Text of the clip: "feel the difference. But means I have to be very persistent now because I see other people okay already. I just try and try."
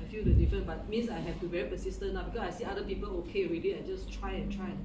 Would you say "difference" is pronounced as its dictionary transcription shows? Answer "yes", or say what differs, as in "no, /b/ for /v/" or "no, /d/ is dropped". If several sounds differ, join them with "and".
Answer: no, /s/ is dropped